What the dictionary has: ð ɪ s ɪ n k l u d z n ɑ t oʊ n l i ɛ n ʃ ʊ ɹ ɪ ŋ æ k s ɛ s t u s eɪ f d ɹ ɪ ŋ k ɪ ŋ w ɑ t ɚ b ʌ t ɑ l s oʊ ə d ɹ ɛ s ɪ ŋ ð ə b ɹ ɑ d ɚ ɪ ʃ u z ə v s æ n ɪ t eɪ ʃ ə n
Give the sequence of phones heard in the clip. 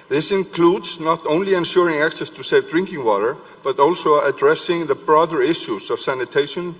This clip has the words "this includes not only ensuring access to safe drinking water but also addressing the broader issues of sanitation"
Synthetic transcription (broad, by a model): ð ɪ s ɪ n k l u d z n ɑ t oʊ n l i ɛ n ʃ ʊ ɹ ɪ ŋ æ k s ɛ s t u s eɪ f d ɹ ɪ ŋ k ɪ ŋ w ɑ t ɚ b ʌ t ɑ l s oʊ ə d ɹ ɛ s ɪ ŋ ð ə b ɹ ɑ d ɚ ɪ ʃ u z ə v s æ n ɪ t eɪ ʃ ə n